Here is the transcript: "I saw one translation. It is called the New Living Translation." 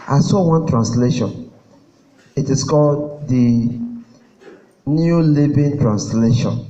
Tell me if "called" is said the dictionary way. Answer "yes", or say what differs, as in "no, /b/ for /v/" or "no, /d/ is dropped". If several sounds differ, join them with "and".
yes